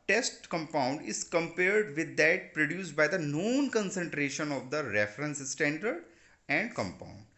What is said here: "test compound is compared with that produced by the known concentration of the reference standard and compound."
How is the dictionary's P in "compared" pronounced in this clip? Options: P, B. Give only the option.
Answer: P